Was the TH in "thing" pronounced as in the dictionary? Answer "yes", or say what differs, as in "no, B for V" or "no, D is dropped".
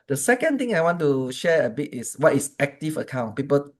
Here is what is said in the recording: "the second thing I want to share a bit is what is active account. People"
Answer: no, T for TH